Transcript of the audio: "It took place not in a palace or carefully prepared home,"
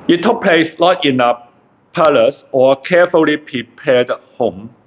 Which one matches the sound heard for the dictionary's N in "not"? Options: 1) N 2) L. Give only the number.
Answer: 2